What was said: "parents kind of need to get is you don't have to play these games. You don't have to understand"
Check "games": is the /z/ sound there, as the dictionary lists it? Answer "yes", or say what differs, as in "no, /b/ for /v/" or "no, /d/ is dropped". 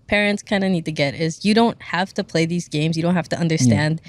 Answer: yes